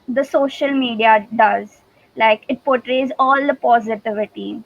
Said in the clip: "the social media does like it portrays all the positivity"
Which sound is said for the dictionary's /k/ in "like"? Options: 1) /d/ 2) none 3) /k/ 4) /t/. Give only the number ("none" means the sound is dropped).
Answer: 3